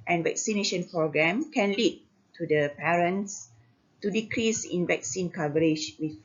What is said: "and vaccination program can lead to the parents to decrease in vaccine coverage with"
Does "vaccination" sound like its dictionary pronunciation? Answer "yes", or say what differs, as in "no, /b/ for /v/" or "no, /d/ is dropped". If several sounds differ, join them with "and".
yes